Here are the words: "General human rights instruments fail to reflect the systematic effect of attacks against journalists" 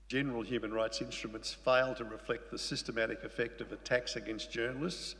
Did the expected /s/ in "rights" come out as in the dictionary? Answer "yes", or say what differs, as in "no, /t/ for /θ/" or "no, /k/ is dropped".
yes